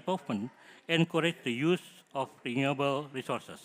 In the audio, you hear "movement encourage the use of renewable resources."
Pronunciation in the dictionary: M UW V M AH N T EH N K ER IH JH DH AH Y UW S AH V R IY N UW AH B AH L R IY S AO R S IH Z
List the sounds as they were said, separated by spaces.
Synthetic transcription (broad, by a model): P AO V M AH N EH N K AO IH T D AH Y UW S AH F R IY N UW AH B AH L R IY S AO R S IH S